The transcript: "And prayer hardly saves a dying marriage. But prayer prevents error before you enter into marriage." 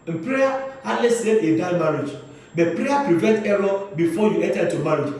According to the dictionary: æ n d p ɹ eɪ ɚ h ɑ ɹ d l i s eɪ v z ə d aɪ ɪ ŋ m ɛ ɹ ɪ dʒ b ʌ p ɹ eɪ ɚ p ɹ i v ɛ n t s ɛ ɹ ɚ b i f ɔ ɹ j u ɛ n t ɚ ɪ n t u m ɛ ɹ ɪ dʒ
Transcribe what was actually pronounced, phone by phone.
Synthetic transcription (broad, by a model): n p ɹ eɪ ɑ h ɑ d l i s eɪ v ə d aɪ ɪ m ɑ ɹ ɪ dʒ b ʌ p ɹ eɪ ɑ p ɹ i v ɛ n t ɛ ɹ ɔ b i f ɔ j u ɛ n t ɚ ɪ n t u m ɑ ɹ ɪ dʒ